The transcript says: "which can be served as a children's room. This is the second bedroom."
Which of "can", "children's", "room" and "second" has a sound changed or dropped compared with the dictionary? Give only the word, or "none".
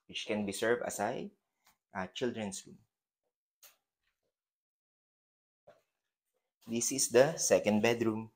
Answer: children's